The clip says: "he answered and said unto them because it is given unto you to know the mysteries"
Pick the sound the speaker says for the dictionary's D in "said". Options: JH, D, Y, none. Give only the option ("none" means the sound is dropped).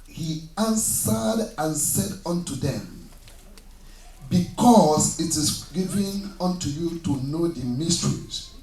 D